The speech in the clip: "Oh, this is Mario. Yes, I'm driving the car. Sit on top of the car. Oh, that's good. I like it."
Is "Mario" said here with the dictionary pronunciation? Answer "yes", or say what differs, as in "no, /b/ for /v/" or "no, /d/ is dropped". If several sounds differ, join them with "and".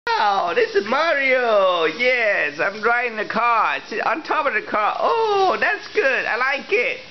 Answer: yes